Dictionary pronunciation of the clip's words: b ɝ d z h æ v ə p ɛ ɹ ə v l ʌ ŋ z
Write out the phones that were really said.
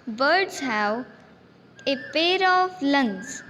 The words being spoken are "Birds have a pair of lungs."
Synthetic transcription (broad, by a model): b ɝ d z h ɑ w ə p ɛ ɹ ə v l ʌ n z